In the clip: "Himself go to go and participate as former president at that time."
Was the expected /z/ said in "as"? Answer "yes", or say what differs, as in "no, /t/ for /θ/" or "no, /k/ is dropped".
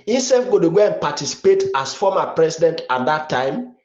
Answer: no, /s/ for /z/